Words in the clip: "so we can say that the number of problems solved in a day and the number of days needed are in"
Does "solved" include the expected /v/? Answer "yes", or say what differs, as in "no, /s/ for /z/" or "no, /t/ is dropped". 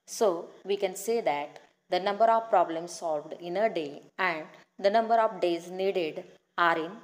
yes